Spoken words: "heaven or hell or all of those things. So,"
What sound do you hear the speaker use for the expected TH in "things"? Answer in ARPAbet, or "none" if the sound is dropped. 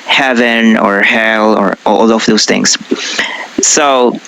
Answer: TH